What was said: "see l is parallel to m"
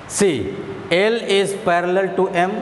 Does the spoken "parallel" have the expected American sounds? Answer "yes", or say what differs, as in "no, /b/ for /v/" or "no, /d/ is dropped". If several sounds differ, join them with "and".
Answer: yes